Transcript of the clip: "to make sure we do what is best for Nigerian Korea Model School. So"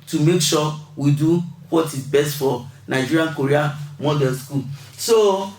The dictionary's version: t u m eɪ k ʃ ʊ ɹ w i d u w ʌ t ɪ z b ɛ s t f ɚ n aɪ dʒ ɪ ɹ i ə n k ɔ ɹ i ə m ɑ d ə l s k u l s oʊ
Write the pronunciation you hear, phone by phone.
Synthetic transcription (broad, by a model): t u m eɪ k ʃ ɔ w i d u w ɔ t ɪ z b ɛ s t f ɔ n aɪ dʒ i ɹ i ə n k ɔ ɹ i ə m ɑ d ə n s k u l s oʊ